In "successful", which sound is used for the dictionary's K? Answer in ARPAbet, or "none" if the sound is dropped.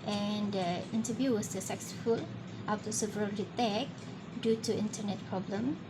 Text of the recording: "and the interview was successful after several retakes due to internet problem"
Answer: none